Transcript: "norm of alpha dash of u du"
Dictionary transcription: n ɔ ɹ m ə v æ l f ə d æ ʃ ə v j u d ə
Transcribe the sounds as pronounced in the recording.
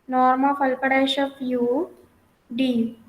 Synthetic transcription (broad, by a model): n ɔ ɹ m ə f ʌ l p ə d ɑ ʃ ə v j u d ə